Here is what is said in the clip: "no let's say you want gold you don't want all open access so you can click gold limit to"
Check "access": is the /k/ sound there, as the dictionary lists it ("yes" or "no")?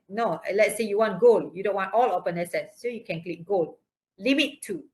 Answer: no